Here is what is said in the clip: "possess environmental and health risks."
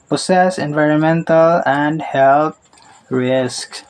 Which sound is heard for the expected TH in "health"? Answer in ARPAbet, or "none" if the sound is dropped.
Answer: T